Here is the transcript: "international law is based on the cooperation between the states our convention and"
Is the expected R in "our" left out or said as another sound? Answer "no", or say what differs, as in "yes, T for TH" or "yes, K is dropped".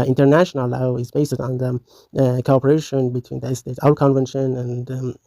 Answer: yes, L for R